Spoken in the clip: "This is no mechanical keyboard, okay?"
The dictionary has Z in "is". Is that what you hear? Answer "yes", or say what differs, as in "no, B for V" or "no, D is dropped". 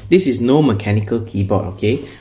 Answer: no, S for Z